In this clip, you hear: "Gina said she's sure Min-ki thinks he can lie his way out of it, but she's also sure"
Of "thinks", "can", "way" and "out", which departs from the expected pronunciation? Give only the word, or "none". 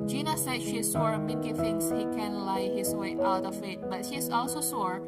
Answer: thinks